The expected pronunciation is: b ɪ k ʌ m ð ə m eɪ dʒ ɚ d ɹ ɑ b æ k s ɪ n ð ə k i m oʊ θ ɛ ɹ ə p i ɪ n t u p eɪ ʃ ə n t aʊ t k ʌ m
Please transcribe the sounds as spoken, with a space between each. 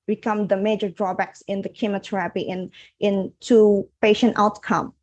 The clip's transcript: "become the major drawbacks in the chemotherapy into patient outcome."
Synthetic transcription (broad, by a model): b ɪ k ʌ m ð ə m eɪ dʒ ɚ d ɹ ɑ b æ k s ɪ n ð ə k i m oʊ t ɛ ɹ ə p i ɪ n t u p eɪ ʃ ə n t aʊ t k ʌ m